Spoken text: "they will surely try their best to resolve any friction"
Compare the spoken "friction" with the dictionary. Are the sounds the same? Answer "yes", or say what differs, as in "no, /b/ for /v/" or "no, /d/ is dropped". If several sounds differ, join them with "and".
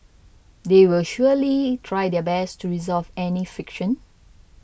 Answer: no, /ɹ/ is dropped